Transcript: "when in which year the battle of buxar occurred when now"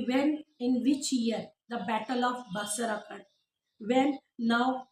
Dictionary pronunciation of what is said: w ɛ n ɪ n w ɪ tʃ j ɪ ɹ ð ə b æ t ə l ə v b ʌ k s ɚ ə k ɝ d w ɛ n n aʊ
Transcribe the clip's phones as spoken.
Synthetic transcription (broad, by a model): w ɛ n ɪ n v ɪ tʃ j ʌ ɹ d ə b æ t ə l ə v b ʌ s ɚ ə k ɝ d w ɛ n n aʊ